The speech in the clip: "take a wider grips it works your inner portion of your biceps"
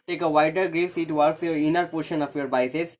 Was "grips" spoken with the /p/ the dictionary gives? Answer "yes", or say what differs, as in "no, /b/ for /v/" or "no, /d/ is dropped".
no, /p/ is dropped